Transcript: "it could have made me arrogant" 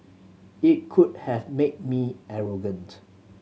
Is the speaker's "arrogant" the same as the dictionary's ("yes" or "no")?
yes